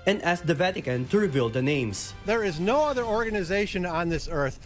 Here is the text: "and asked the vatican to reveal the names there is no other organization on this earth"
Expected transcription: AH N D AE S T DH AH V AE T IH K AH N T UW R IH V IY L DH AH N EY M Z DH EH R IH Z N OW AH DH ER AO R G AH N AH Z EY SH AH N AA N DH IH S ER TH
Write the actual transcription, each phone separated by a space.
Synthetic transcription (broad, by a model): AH N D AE S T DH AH V AE T IH K AH N T UW R IH V IY L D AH N EY M S DH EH R IH Z N OW AH DH ER AO R G AH N AH Z EY SH AH N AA N DH IH S ER TH